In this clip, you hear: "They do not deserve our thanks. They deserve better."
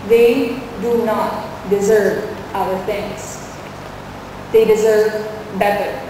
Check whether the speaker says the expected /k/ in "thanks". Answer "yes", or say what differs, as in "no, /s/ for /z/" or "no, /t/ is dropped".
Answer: no, /k/ is dropped